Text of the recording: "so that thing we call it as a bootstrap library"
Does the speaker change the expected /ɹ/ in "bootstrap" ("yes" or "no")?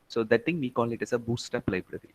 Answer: yes